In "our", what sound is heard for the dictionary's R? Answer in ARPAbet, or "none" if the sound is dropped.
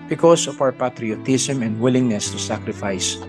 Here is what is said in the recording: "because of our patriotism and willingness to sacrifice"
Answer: W